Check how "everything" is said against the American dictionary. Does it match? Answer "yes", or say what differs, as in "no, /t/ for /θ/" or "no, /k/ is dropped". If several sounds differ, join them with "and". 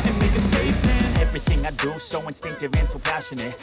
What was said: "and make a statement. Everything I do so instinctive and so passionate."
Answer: yes